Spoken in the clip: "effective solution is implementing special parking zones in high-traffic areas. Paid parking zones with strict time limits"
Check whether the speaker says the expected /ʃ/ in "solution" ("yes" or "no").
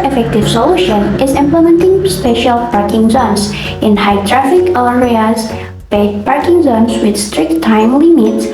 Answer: yes